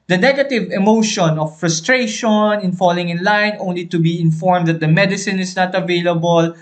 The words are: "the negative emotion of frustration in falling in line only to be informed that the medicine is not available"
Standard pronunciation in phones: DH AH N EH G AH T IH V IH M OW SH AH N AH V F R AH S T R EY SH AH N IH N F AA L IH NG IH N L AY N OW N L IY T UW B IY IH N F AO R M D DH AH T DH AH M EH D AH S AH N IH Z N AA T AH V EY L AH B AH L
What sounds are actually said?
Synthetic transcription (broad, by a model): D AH N EH G AH T IH V IH M OW SH AH N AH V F R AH S T R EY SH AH N IH N F AA L IH NG IH N L AY N OW N L IY T UW B IY IH N F AO R M D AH T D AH M EH D AH S AH N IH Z N AA T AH V EY L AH B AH L